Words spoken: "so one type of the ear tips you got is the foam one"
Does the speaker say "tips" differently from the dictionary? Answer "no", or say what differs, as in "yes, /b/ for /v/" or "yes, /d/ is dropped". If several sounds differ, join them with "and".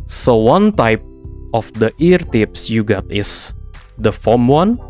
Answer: no